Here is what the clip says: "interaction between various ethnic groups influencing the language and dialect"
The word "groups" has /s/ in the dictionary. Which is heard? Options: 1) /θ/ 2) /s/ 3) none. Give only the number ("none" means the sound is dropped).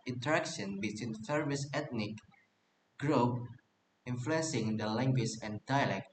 3